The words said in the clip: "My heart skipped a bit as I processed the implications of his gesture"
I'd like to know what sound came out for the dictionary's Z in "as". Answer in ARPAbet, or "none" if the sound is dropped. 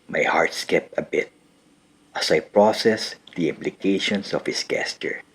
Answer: S